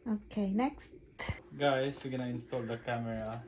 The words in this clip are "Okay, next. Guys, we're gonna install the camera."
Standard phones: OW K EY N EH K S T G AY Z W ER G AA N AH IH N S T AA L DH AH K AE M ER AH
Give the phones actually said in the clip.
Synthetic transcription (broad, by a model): OW K EY N EH K S T G AY S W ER G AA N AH IH N S T AA L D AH K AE M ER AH